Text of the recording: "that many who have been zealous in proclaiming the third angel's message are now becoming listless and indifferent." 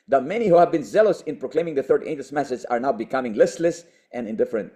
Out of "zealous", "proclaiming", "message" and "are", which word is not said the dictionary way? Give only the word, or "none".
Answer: message